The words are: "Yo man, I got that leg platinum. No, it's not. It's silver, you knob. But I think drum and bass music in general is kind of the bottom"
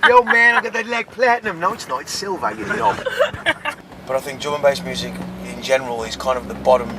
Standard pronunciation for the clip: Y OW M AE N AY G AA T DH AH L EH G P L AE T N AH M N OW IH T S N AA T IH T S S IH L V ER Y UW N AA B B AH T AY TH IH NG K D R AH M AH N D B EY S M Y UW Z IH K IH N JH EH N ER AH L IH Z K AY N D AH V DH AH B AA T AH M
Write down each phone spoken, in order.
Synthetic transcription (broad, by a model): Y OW M AE N AY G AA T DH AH L EH G P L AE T N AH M N OW IH T S N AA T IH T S S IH L V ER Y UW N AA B B AH T AY TH IH NG K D AH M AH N B EY S M Y UW Z IH K IH N JH EH N ER AH L IH Z K AY N D AH V DH AH B AA T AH M